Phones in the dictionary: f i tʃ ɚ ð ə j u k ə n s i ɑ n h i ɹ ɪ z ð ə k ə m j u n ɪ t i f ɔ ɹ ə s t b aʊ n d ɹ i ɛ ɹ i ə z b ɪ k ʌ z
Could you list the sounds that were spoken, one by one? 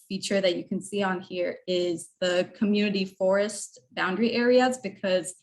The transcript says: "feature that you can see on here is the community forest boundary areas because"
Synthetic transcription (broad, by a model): f i tʃ ɚ ð ə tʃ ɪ k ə n s i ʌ n h i ɹ ɪ z ð ə k ə m j u n ɪ t i f ɔ ɹ ə s t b aʊ n d ɹ i ɛ ɹ i ə z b ɪ k ʌ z